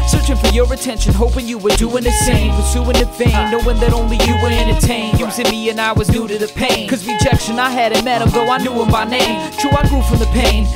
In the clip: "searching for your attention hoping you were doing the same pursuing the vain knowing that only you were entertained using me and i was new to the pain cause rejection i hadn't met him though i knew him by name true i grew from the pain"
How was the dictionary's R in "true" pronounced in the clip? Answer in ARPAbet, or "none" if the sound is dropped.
none